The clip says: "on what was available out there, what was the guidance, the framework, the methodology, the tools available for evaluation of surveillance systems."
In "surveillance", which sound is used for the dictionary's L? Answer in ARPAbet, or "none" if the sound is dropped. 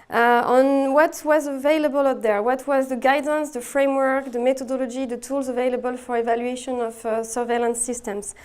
L